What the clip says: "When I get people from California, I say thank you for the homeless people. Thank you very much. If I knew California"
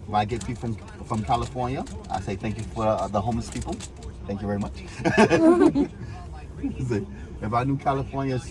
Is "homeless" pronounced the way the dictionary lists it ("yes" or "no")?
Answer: no